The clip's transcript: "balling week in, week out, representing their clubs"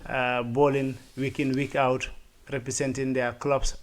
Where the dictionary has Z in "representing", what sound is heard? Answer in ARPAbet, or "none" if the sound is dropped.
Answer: S